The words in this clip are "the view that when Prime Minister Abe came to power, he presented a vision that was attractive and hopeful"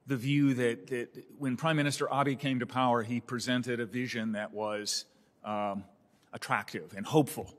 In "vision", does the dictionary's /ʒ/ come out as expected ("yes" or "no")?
yes